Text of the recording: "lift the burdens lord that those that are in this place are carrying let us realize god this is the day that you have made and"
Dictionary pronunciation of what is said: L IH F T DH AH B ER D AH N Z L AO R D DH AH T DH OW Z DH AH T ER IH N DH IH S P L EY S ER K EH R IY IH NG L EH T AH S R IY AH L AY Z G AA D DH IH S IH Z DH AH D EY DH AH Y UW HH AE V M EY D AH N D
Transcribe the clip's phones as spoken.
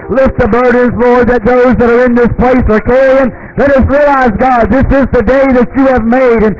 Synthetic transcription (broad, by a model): L IH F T DH AH B ER D N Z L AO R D DH AH T DH OW Z DH AH T ER IH N DH IH S P L EY S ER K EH IY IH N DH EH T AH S R IY AH L AY Z G AA D DH IH S IH Z DH AH D EY DH AH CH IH V M EY D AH N